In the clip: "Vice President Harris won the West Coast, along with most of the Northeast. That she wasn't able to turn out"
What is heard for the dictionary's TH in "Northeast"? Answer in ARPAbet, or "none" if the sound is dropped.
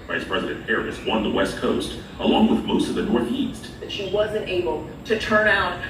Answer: TH